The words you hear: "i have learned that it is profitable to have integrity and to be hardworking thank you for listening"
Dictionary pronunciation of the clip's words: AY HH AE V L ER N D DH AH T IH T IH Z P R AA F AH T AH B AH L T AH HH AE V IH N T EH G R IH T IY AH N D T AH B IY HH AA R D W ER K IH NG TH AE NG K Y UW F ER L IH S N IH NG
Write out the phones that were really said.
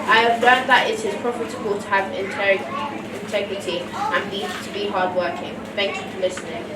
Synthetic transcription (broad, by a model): AY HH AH V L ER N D DH AH T IH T IH Z P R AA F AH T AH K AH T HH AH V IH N IH N T EH G R IH T IY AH N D T AH B IY HH AA R D W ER K IH NG TH AE NG K Y UW F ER L IH S N IH NG